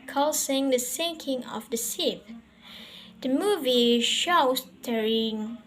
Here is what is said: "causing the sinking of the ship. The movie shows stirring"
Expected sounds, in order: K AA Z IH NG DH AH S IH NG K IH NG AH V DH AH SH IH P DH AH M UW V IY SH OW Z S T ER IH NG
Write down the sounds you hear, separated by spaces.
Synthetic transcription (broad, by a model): K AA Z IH NG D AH S IH NG K IH NG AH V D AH S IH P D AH M UW V IY SH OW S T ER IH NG